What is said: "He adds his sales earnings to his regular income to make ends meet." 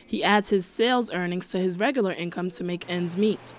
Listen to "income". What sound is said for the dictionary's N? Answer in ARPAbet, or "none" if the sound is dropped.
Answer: N